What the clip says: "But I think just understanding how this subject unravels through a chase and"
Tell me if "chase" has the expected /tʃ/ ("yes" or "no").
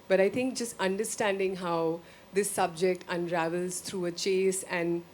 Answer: yes